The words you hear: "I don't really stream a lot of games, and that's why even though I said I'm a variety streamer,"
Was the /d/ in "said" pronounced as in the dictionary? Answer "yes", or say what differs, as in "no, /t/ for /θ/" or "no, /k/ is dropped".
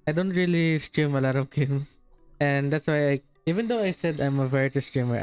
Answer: yes